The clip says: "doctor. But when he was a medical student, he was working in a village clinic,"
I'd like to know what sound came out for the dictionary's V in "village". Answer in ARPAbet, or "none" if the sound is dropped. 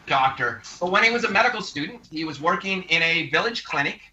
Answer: V